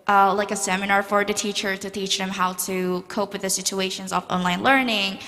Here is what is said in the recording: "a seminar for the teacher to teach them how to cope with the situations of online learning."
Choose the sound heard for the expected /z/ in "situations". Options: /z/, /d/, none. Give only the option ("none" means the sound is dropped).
/z/